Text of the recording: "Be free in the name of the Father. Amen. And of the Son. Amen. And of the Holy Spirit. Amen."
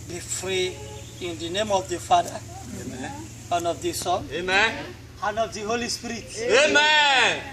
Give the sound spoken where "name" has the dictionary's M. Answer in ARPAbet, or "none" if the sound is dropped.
M